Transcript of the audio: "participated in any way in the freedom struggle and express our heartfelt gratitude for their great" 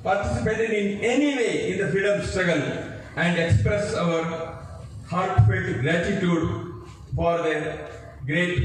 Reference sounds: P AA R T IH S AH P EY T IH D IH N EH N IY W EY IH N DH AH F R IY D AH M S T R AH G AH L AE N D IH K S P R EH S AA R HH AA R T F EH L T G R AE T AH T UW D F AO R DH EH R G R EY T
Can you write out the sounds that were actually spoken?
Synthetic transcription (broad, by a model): P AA R T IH S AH P EY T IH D IH N EH N IY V EY IH N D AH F IY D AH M S T R AH G AH L AE N D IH K S P R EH S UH R HH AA R T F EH T G R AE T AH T UW D F AO R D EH G R EY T